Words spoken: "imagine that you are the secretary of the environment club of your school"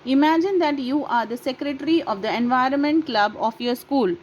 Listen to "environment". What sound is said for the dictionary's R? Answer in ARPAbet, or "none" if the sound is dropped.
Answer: R